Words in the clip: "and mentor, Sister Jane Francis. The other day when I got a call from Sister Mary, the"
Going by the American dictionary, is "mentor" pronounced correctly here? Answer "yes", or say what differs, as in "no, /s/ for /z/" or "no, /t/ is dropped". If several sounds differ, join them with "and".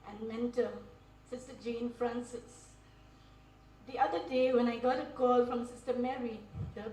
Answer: no, /l/ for /ɹ/